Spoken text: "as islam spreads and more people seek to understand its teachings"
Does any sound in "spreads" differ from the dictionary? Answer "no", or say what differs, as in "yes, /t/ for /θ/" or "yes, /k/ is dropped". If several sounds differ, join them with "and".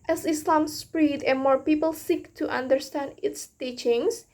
yes, /z/ is dropped